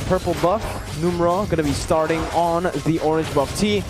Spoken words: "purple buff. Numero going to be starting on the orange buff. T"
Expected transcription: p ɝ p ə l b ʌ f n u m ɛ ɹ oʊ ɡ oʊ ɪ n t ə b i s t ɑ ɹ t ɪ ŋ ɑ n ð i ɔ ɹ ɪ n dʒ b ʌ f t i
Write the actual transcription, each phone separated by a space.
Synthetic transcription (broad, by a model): p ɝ p l b ʌ f n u m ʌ ɹ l ɡ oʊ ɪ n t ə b i s t ɑ ɹ t ɪ ŋ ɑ n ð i ɔ ɹ ɪ n dʒ b ʌ f t i